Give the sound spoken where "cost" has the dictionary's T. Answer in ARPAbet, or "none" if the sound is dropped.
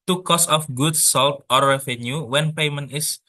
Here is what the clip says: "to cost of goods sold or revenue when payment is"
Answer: none